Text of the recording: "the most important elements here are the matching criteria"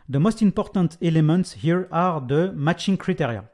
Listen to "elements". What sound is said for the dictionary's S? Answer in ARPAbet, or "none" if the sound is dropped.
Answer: S